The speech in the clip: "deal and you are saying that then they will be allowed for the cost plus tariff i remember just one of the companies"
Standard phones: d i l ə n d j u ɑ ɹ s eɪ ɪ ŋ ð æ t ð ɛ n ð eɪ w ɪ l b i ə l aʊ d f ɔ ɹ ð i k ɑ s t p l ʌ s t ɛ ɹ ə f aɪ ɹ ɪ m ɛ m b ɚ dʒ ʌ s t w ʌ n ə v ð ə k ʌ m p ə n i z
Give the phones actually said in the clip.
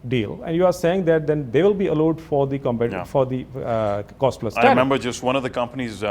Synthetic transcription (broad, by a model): d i l ə n d j u ɑ ɹ s eɪ ɪ ŋ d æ t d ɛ n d eɪ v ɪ l b i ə l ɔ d f ɔ ɹ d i k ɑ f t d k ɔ s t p l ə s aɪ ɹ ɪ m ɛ m b ɚ dʒ ʌ s t w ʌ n ə v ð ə k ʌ m p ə n i z